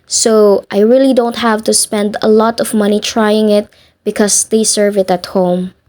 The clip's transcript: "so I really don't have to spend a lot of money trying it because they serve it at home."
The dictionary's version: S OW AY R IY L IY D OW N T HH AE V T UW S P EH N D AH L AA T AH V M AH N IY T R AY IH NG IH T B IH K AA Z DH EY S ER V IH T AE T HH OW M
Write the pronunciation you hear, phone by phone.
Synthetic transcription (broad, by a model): S OW AY R IY L IY D OW N T HH AE V T UW S P EH N D AH L AA T AH V M AH N IY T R AY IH NG IH T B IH K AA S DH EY S ER V IH T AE T HH OW M